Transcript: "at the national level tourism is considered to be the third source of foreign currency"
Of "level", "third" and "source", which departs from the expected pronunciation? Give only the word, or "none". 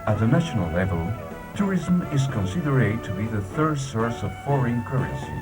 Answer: none